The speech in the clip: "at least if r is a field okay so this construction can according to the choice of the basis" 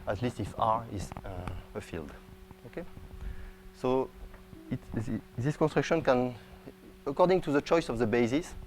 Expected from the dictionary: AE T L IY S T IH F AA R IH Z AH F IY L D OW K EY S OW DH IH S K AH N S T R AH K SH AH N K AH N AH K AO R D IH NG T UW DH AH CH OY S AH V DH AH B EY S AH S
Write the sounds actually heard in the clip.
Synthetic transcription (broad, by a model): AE T L IY S T IH F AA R IH Z AH F IY L D OW K EY S OW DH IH S K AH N S T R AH K SH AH N K AH N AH K AO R D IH NG T UW DH AH CH OY S AH V DH AH B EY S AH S